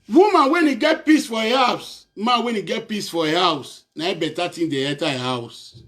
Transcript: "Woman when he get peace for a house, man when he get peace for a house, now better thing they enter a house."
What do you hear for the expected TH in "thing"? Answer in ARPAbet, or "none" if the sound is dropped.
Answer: T